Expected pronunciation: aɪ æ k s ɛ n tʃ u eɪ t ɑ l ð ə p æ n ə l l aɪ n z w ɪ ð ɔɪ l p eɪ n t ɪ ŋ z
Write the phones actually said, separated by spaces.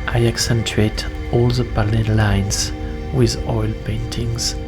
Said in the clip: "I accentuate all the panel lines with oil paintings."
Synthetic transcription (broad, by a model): aɪ æ k s ɛ n tʃ u eɪ t ɑ l ð ə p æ l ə n l aɪ n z w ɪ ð ɔɪ l p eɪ n t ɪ ŋ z